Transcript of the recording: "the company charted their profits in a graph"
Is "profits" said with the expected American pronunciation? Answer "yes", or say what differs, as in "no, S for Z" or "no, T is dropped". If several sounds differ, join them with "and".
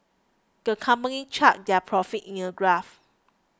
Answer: no, S is dropped